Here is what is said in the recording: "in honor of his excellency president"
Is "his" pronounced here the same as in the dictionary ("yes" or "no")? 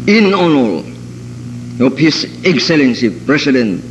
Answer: no